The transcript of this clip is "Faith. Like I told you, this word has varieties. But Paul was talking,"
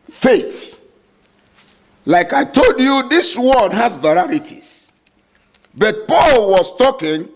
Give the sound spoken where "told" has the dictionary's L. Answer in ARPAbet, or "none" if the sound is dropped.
L